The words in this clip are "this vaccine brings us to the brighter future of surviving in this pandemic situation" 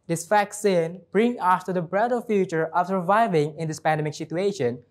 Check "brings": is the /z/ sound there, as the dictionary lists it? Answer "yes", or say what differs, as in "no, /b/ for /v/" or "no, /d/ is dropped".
no, /z/ is dropped